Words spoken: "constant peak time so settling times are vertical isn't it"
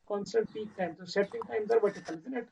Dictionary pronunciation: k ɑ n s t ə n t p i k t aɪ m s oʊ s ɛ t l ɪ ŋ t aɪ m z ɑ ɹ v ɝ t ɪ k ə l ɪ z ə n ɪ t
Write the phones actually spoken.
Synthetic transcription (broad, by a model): k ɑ n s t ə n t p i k t aɪ m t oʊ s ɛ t ɪ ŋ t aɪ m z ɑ ɹ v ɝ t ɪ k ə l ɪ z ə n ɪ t